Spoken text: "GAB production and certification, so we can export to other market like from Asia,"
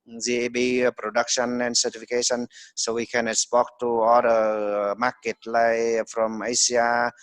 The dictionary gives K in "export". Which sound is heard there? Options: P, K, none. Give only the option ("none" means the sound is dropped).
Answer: none